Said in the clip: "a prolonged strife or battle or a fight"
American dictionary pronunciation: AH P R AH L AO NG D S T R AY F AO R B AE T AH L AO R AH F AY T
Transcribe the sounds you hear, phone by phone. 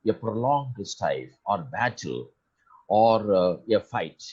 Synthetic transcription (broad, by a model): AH P R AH L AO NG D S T AY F AO R B AE T AH L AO R AH F AY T